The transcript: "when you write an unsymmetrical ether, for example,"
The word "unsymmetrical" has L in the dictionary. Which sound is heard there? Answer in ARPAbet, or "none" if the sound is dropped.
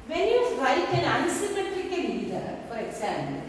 N